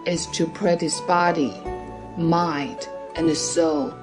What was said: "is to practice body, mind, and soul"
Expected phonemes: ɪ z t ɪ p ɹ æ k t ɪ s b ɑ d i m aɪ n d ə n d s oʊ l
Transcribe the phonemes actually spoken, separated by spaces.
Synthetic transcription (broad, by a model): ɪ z t ɪ p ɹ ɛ t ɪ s b ɑ d i m aɪ d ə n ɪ s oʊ l